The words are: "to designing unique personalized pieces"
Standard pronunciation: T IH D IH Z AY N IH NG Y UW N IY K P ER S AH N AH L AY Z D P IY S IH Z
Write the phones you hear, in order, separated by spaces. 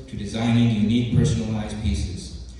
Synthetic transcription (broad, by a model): T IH D IH Z AY N IH NG Y UW N IY K P ER S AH N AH L AY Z P IY S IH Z